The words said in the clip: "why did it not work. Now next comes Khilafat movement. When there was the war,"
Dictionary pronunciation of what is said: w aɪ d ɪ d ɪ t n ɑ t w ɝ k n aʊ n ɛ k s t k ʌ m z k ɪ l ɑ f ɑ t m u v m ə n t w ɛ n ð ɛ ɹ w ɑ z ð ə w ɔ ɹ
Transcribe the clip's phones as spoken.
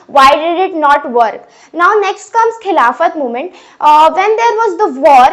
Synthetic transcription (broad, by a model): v aɪ d ɪ d ɪ t n ɑ t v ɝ k n aʊ n ɛ k s t k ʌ m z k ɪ l ɑ f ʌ t m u m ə n t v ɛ n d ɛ ɹ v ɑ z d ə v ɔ ɹ